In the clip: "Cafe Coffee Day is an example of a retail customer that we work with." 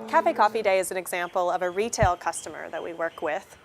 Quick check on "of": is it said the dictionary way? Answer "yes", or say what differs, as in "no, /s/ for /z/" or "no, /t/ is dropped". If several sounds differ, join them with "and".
yes